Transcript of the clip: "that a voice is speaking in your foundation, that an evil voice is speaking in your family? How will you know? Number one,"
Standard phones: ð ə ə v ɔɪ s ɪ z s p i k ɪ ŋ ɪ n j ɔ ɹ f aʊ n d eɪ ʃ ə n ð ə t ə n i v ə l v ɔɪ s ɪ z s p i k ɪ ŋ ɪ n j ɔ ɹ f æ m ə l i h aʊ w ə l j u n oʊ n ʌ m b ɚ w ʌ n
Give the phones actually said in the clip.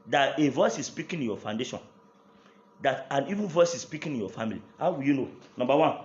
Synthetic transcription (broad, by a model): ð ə ə v ɔɪ s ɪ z s p i k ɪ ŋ ɪ n j ɔ f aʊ n d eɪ ʃ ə n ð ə t ə n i v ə n v ɔɪ s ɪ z s p i k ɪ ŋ ɪ n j ɔ f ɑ m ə l i h aʊ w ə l j u n oʊ n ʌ m b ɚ w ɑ n